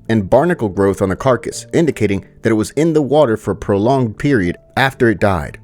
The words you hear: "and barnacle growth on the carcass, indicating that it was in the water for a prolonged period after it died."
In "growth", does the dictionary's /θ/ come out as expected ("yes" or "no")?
yes